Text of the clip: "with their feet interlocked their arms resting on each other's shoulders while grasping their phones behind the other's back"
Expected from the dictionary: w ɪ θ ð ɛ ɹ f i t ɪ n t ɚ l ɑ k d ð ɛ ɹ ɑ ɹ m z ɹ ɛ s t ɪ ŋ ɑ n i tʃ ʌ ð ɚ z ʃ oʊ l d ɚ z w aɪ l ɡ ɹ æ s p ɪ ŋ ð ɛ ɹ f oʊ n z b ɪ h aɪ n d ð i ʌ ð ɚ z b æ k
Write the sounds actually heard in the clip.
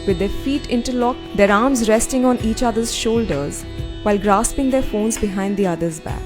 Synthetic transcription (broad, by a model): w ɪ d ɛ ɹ f i t ɪ n t ɚ l ɑ k d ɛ ɹ ɑ ɹ m z ɹ ɛ s t ɪ ŋ ɑ n i tʃ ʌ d ɚ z ʃ oʊ l d ɚ z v aɪ l ɡ ɹ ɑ s p ɪ ŋ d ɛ ɹ f oʊ n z b ɪ h aɪ n d i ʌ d ɚ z b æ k